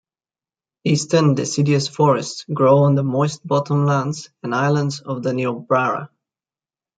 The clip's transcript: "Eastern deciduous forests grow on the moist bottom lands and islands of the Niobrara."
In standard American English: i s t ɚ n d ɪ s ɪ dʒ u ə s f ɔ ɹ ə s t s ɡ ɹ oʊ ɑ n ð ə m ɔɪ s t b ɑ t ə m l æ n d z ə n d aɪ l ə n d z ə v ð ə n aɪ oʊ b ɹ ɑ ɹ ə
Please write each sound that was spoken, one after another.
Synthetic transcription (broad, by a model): i s t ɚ n d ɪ s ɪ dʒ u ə s f ɔ ɹ ə s t s ɡ ɹ oʊ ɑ n ð ə m ɔɪ s t b ɑ t ə m l æ n d z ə n aɪ l ə n d z ə v ð ə n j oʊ b ɹ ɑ ɹ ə